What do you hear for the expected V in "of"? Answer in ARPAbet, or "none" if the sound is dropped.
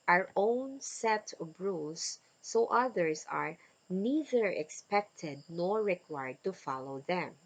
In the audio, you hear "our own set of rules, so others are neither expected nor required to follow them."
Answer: B